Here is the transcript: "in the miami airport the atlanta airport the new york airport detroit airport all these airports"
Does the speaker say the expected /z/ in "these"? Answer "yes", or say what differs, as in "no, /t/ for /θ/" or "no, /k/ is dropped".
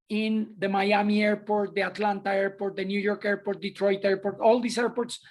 no, /s/ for /z/